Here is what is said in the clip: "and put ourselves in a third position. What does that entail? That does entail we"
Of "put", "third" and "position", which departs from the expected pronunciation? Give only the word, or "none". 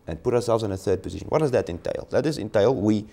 none